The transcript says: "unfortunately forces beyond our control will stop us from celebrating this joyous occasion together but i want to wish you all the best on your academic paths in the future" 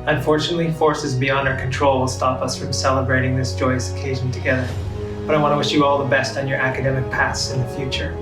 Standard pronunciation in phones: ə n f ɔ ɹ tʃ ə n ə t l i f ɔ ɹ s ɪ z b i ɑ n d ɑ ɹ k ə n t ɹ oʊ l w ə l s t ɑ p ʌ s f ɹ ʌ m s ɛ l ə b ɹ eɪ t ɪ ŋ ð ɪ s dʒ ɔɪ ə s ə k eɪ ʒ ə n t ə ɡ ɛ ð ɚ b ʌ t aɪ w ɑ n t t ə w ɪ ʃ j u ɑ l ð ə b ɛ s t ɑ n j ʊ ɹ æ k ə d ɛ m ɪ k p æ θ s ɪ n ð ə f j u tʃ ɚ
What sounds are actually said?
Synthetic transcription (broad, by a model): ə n f ɔ ɹ tʃ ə n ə t l i f ɔ ɹ s ɪ z b i ɑ n d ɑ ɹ k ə n t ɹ oʊ l w ə l s t ɑ p ʌ s f ɹ ʌ m s ɛ l ə b ɹ eɪ t ɪ ŋ ð ɪ s dʒ ɔɪ ə s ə k eɪ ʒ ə n t ə ɡ ɛ ð ɚ b ʌ t aɪ w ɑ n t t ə w ɪ ʃ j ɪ ɑ l ð ə b ɛ s t n j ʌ ɹ æ k ə d ɛ m ɪ k p æ θ s ɪ n ð ə f j u tʃ ɚ